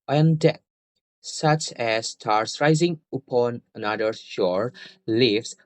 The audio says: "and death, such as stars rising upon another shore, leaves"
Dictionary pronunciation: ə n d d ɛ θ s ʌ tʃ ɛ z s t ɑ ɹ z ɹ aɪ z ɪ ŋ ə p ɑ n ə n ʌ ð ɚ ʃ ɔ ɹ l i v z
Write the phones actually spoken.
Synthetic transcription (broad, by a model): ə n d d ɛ t s ʌ tʃ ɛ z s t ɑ ɹ s ɹ aɪ z ɪ ŋ ə p ɑ n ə n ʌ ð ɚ ʃ ɔ ɹ l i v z